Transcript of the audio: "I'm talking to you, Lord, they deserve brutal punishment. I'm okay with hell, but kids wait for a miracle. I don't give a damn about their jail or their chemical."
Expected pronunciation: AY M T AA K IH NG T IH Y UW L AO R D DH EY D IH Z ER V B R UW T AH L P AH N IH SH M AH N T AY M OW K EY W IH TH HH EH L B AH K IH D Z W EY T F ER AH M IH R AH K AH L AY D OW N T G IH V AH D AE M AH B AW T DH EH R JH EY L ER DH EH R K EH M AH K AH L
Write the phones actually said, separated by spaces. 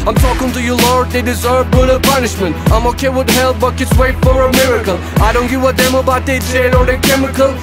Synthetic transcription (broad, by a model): AY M T AA K IH NG T IH Y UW L AO R D DH EY D IH Z ER V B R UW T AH P AH N IH SH M AH N T AY M OW K EY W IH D HH EH L B AH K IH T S W EY T F ER AH M IH R AH K AH L AY D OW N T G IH W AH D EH M AH B AW T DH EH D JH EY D ER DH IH K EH M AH K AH L